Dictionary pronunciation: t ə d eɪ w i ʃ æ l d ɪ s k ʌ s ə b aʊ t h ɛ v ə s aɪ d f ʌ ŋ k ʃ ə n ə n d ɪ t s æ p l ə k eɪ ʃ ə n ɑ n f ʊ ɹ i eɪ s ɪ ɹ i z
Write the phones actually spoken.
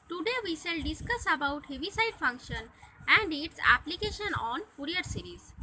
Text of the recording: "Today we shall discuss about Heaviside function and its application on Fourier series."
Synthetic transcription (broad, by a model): t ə d eɪ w i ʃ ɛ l d ɪ s k ʌ s ə b aʊ t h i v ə s aɪ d f ʌ ŋ k ʃ ə n ə n d ɪ t s æ p l ə k eɪ ʃ ə n ɑ n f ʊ ɹ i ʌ s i ɹ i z